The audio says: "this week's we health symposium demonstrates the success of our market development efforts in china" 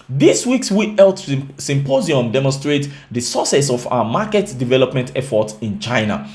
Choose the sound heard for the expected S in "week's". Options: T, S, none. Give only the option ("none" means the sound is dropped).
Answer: S